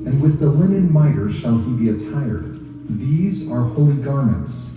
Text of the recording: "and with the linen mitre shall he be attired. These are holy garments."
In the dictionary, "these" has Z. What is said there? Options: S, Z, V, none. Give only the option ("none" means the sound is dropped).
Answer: Z